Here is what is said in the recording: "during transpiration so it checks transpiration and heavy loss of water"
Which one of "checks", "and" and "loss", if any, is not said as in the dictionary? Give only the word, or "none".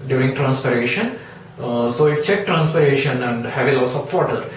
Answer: checks